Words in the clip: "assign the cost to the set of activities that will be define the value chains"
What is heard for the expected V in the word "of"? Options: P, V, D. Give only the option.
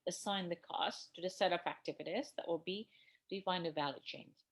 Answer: P